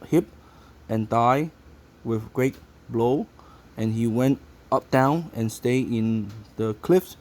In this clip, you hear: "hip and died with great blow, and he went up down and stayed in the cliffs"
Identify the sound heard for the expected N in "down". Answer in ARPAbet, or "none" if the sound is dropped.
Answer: N